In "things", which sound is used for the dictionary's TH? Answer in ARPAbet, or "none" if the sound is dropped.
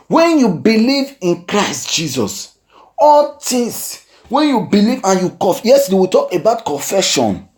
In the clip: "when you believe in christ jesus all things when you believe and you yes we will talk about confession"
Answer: T